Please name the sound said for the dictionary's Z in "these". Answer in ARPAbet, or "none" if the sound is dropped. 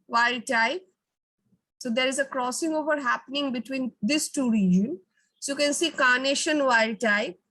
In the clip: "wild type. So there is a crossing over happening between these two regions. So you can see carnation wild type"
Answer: S